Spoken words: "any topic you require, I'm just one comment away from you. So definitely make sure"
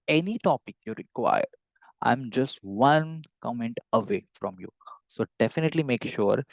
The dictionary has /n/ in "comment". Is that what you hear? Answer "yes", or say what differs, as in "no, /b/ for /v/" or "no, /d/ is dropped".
yes